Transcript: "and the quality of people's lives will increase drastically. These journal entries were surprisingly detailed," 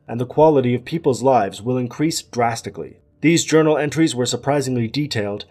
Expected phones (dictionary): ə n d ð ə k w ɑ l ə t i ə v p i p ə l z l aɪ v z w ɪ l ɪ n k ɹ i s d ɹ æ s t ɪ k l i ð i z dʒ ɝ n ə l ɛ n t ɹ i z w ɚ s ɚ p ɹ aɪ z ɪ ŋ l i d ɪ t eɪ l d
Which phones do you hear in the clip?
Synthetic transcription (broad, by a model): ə n ð ə k w ɑ l ə t i ə v p i p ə l z l aɪ v z w ɪ l ɪ n k ɹ i s d ɹ æ s t ɪ k l i ð i z dʒ ɝ n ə l ɛ n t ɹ i z w ɚ s ɚ p ɹ aɪ z ɪ ŋ l i d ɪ t eɪ l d